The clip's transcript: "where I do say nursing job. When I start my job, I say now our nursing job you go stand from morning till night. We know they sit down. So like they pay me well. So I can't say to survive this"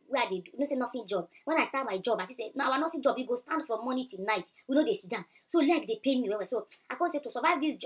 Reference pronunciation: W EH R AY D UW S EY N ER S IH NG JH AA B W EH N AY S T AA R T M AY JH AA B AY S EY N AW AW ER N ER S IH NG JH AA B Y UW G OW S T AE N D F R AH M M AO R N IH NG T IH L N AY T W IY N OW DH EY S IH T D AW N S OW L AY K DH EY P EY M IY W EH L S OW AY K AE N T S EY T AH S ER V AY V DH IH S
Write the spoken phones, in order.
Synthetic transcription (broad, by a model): W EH AY D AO S EY N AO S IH JH AA B W EH N AY S T AA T M AY JH AA B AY S EY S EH AW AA N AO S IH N JH AA B Y UW G OW S T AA N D F R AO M M AO N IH T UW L N AY T W IY N OW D EY S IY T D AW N S OW L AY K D EY P EY M IY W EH W S OW AY K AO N S EY T AH S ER V AY V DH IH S